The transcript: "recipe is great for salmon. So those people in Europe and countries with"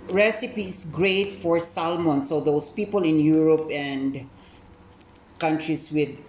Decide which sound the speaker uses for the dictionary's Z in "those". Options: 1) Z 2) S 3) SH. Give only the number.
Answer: 2